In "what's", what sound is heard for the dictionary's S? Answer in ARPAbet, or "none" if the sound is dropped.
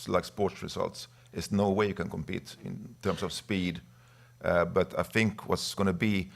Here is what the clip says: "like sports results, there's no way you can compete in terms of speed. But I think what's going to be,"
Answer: S